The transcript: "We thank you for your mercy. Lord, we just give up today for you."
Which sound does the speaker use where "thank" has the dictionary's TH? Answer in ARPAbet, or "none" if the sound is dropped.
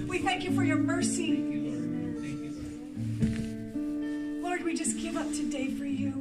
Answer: TH